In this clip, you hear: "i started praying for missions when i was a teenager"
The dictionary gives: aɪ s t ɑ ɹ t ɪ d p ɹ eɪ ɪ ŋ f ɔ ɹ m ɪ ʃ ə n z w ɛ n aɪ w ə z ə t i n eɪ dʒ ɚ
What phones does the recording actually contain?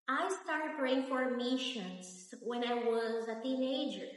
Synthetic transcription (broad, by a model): aɪ s t ɑ ɹ t ɪ d p ɹ eɪ ɪ ŋ f ɔ ɹ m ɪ ʃ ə n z w ɛ n aɪ w ə z ə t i n eɪ dʒ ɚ